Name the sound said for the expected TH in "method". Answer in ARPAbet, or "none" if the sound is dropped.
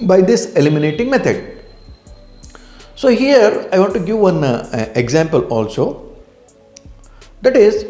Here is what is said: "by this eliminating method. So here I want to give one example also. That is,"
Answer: T